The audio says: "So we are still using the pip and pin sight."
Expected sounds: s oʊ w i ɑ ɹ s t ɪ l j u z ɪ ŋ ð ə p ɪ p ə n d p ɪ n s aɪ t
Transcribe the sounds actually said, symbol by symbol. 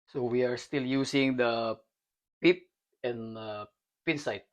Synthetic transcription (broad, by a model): s oʊ w i ɑ ɹ s t ɪ l j u s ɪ ŋ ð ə p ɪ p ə n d p ɪ n s aɪ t